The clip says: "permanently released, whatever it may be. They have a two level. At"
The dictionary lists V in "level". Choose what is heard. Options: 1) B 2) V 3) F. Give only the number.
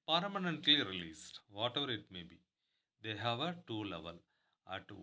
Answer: 2